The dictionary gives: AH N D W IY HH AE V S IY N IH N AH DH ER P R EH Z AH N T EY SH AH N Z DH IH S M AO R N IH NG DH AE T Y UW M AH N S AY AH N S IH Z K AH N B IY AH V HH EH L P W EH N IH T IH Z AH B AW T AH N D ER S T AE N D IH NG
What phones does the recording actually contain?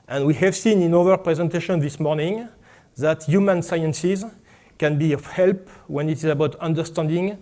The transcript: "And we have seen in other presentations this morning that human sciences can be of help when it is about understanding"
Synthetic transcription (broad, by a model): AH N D W IY HH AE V S IY N IH N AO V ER P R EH Z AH N T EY SH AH N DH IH S M AO R N IH NG DH AE T Y UW M AH N S AY AH N S IH Z K AH N B IY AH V HH EH L P W EH N IH T IH Z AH B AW T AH N D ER S T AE N D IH NG